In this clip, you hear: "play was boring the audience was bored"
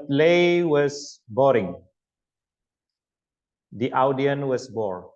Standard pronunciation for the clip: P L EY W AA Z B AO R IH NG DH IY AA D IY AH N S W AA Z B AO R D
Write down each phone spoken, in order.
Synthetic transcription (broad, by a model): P L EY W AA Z B AO R IH NG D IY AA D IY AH N W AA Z B AO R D